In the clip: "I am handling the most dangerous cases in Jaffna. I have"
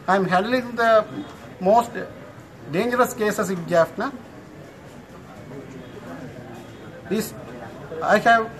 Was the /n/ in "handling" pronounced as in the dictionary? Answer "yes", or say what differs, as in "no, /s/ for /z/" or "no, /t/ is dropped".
no, /n/ is dropped